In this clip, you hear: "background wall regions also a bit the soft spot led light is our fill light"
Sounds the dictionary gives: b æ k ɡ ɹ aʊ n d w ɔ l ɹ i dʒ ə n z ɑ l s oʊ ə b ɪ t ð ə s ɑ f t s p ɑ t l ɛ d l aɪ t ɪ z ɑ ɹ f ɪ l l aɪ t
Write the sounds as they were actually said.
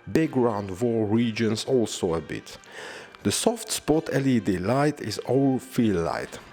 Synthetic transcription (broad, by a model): b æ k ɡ ɹ aʊ n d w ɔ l ɹ i dʒ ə n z ɑ l s oʊ ə b ɪ t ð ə s ɑ f t s p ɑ t l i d l aɪ t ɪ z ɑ l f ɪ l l aɪ t